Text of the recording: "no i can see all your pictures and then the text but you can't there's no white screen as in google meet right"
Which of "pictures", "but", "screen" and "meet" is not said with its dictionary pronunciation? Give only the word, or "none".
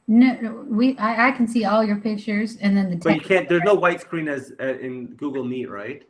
none